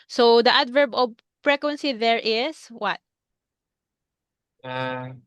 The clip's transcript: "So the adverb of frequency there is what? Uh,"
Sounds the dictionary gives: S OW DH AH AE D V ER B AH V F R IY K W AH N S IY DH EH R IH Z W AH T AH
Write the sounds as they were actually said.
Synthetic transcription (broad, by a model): S OW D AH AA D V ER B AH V P R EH K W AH N S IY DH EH R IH S W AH T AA